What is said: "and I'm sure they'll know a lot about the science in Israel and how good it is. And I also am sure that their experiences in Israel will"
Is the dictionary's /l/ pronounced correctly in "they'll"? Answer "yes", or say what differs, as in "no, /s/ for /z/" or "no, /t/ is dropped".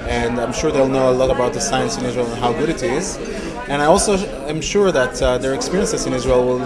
yes